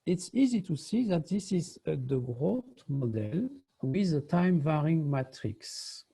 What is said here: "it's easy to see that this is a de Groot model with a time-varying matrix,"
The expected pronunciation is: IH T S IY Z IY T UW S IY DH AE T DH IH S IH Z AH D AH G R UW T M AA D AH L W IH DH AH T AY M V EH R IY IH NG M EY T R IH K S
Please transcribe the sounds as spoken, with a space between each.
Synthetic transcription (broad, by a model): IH T S IY Z IY T UW S IY DH AE T DH IH S IH Z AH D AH G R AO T M AA D AH L W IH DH AH T AY M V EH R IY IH NG M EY T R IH K S